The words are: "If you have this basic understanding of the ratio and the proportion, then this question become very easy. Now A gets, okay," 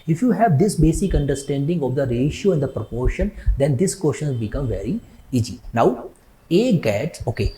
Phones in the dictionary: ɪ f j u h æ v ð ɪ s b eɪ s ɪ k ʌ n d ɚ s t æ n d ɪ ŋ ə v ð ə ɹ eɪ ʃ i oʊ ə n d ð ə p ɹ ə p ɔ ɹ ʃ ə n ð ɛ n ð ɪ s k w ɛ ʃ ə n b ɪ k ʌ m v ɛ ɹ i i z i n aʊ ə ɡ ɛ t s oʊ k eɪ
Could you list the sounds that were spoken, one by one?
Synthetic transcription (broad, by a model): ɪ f j u h æ v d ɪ s b eɪ s ɪ k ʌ n d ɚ s t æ n d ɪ ŋ ə v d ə ɹ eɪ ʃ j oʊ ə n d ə p ɹ ə p ɔ ɹ ʃ ə n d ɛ n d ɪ s k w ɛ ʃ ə n b ɪ k ʌ m v ɛ ɹ i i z i n aʊ ə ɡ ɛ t oʊ k eɪ